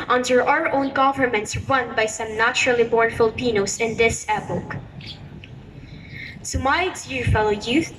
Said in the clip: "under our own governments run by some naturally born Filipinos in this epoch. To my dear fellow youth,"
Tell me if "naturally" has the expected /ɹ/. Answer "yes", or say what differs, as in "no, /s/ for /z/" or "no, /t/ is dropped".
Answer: yes